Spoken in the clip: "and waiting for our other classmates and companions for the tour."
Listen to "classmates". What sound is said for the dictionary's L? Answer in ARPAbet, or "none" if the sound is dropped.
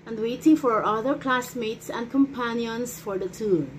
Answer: L